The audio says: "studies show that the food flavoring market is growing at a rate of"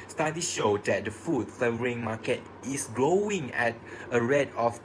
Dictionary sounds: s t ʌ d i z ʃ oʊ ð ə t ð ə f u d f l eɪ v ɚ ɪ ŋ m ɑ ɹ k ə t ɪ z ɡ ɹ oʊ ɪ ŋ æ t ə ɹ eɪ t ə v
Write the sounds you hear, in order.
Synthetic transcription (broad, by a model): s t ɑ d i ʃ oʊ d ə t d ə f u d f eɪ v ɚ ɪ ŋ m ɑ k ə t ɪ s ɡ ɹ oʊ ɪ ŋ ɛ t ə ɹ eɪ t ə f